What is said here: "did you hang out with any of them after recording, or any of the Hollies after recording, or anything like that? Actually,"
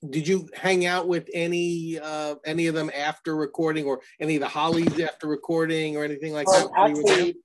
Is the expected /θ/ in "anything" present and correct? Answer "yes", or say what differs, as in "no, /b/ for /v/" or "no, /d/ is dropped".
yes